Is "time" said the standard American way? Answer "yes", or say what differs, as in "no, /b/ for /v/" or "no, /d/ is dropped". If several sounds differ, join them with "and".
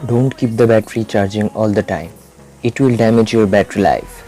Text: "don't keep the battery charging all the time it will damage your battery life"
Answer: yes